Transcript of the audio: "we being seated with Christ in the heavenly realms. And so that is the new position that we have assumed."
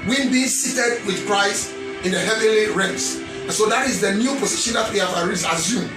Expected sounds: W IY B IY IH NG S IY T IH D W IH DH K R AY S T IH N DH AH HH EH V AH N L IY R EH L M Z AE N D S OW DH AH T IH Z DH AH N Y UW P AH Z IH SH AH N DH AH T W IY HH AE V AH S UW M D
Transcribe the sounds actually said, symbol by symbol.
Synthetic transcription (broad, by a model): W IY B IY S IY T IH D W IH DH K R AY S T IH N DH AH HH EH V AH N L IY R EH M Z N S OW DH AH T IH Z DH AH N Y UW P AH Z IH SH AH N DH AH T W IY HH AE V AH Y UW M